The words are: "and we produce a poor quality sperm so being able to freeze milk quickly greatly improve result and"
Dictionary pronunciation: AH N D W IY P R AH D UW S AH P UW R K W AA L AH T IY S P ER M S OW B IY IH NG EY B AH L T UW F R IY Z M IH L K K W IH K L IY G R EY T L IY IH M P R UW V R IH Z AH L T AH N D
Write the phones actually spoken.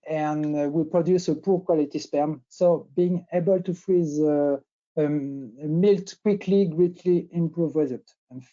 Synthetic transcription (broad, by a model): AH N W IY P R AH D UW S AH P UW R K W AA L AH T IY S P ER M S OW B IY IH NG EY B AH L T UW F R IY Z M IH L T K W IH K L IY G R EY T L IY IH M P R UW V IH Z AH T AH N